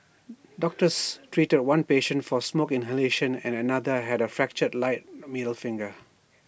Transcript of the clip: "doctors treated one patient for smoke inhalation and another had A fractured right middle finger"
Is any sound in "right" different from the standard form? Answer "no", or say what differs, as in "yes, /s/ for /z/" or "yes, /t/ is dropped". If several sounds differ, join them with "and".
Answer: yes, /l/ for /ɹ/